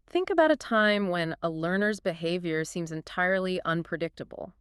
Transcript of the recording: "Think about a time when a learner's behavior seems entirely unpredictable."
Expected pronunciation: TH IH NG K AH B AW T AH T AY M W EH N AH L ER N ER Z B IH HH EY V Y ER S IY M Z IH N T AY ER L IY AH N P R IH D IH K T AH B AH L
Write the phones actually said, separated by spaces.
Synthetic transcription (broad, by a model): TH IH NG K AH B AW T AH T AY M W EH N AH L ER N ER Z B IH HH EY V Y ER S IY M Z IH N T AY ER L IY AH N P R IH D IH K T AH B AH L